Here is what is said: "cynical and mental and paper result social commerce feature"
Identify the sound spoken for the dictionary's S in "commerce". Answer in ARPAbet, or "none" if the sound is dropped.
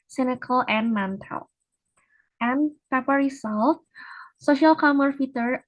none